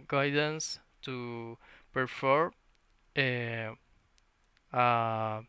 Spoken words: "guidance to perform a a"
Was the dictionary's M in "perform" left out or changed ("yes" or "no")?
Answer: yes